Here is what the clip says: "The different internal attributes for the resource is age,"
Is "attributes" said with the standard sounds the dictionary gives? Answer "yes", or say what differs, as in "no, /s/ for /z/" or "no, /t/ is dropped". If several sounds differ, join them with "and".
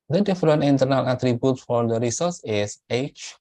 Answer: no, /s/ is dropped